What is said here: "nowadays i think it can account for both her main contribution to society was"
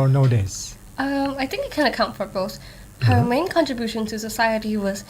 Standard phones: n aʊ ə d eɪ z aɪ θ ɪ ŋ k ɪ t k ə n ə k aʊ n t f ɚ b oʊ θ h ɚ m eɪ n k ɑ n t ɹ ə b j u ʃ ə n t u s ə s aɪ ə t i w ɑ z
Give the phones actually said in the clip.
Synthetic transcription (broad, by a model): n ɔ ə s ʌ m aɪ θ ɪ ŋ k ɪ t k ə n ə k aʊ n t f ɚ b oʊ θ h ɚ m eɪ n k ɑ n t ɹ ə b j u ʃ ə n t u s ə s aɪ ə t i w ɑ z